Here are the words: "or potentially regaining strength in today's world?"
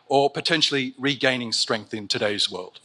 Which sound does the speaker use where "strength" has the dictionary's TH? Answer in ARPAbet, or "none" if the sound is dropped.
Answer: TH